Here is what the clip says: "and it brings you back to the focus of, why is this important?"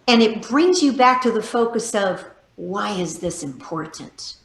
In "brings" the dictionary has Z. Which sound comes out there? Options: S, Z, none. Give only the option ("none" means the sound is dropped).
Z